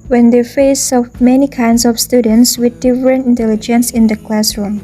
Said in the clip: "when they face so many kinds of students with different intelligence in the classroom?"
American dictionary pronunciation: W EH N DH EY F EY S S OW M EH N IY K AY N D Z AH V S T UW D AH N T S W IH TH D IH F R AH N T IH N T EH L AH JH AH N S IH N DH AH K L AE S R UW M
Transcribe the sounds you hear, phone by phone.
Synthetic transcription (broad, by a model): W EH N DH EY F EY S S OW M EH N IY K AY N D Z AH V S T UW D AH N T S W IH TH D IH F R AH N T IH N T EH L AH JH AH N S IH N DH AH K L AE S R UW M